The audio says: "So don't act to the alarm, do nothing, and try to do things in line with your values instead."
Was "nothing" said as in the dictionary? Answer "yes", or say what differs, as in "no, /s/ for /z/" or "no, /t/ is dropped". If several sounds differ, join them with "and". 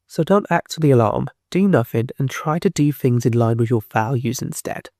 no, /f/ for /θ/